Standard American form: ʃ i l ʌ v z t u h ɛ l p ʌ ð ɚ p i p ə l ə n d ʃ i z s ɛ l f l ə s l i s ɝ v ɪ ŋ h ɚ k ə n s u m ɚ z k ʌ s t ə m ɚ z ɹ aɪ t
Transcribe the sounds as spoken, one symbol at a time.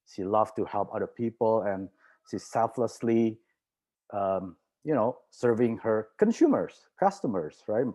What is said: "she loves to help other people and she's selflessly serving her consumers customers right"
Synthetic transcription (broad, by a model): ʃ i l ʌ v t u h ɛ l p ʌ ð ɚ p i p ə l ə n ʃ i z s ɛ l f l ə s l i s ɝ v ɪ ŋ h ɚ k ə n s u m ɚ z k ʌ s t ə m ɚ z ɹ aɪ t